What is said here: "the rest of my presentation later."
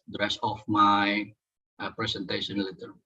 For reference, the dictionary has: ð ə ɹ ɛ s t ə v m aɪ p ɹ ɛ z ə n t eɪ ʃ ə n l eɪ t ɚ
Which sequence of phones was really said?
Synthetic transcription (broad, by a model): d ɹ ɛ s ə f m aɪ p ɹ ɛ s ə n t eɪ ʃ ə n l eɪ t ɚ